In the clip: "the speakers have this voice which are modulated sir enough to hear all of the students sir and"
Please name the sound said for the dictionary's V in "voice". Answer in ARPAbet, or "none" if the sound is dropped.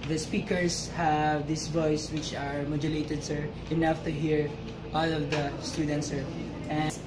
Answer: V